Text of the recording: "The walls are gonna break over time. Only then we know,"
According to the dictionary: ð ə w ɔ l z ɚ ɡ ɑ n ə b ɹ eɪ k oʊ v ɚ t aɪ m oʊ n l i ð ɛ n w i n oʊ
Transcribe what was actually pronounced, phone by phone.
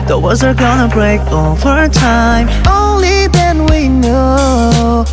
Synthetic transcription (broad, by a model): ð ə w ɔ z ɚ ɡ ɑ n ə b ɹ eɪ k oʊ f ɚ t aɪ m oʊ n l i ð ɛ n w i n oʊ